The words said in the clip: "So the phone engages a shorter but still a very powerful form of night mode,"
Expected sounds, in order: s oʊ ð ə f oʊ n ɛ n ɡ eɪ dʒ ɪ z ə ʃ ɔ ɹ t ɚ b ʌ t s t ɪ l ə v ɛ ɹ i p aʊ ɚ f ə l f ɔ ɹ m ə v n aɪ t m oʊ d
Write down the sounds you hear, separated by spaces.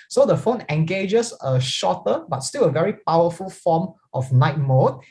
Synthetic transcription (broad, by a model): s oʊ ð ə f oʊ n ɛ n ɡ eɪ dʒ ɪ s ə ʃ ɔ t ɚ b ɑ t s t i l ə v ɛ ɹ i p aʊ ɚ f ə l f ɔ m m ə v n aɪ t m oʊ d